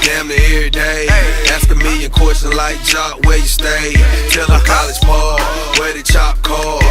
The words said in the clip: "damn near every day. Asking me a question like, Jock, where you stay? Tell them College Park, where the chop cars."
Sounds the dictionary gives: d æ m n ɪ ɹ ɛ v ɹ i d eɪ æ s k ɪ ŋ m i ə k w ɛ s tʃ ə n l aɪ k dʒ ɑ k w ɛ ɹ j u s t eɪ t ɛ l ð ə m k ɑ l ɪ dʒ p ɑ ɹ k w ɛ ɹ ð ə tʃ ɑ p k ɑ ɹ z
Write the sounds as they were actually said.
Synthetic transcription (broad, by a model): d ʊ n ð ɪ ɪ ɹ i d eɪ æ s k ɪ m i ə k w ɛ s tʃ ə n l aɪ k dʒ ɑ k w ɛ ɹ j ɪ s t eɪ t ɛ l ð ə k ɑ l ɪ dʒ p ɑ w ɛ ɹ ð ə tʃ ɑ p k ɑ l